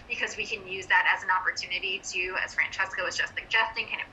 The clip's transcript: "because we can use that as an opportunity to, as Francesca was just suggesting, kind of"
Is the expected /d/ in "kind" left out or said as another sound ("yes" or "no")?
yes